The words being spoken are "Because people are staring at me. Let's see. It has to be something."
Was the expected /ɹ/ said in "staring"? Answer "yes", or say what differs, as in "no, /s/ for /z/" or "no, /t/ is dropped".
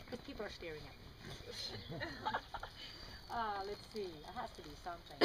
yes